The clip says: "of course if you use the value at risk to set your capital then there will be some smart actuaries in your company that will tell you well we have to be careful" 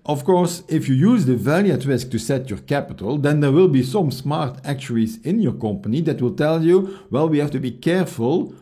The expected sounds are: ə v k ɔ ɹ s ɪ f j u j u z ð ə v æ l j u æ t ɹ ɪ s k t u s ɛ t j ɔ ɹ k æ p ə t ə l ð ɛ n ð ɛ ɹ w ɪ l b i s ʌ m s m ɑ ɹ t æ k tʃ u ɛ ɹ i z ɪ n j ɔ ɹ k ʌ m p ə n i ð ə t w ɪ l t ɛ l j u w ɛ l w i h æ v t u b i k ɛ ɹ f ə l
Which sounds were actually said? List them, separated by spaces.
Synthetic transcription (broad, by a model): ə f k ɔ ɹ s ɪ f j u j u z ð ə v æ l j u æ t ɹ ɪ s k t u s ɛ t j ɔ ɹ k æ p ə t ə l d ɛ n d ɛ ɹ w ɪ l b i s ʌ m s m ɑ ɹ t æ k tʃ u ɹ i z ɪ n j ɔ ɹ k ʌ m p ə n i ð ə t w ɪ l t ɛ l j u w ɛ l w i h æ f t u b i k ɛ ɹ f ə l